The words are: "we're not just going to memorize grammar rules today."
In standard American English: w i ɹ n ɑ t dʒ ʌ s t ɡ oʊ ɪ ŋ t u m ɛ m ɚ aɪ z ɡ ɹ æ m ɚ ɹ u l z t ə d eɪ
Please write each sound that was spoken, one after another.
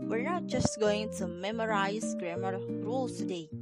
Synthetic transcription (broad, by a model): w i ɹ n ɑ t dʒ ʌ s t ɡ oʊ ɪ ŋ t u m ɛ m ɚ aɪ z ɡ ɹ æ m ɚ ɹ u l t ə d eɪ